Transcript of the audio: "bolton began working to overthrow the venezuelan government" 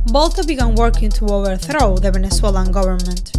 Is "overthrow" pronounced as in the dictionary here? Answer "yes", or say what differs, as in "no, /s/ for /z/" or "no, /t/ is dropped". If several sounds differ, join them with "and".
yes